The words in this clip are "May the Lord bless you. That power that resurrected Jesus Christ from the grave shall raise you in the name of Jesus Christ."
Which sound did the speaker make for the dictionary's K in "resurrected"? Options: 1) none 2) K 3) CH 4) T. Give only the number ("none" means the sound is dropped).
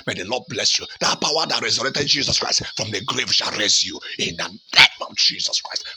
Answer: 1